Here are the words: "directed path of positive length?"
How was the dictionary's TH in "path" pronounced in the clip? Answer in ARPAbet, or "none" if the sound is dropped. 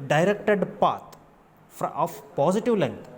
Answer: F